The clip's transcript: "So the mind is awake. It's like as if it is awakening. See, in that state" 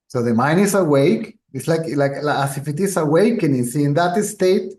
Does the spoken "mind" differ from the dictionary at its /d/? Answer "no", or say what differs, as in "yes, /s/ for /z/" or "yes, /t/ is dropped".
yes, /d/ is dropped